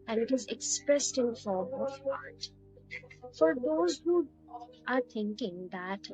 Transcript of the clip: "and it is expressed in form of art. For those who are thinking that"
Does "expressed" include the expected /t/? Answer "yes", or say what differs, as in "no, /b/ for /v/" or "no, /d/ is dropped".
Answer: yes